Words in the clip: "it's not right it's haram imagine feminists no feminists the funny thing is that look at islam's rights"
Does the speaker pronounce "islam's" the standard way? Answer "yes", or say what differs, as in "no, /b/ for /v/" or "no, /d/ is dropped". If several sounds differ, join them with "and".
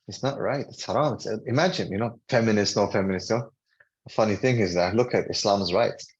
yes